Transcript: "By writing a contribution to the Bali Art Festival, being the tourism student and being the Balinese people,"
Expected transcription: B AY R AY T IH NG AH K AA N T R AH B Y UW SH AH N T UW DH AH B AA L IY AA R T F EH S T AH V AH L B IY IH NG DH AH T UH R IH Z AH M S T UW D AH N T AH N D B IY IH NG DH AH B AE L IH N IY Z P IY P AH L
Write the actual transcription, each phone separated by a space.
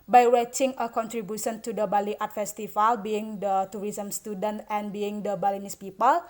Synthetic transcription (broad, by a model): B AY W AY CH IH NG AH K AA N T R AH B Y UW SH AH N T UW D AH B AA L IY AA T F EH S T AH F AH L B IY IH NG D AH T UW R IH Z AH M S T UW D AH N T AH N B IY IH NG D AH B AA L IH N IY S P IY P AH L